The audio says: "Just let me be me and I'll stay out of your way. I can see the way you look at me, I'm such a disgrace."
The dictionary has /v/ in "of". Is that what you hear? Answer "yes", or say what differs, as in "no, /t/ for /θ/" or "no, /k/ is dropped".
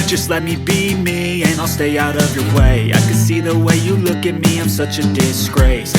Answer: yes